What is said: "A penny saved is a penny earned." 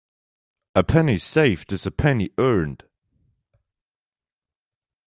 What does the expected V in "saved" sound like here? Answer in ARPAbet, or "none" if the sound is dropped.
F